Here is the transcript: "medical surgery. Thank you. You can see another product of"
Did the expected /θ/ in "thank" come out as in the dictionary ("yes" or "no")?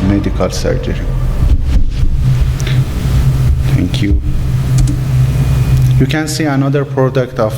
no